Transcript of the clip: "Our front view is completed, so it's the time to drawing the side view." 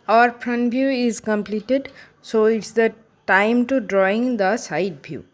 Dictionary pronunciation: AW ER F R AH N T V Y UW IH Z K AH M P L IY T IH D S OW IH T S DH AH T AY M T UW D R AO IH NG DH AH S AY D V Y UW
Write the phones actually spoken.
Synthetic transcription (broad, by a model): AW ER P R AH N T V Y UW IH Z K AH M P L IY T IH D S OW IH T S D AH T AY M T UW D R AO IH NG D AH S AY D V Y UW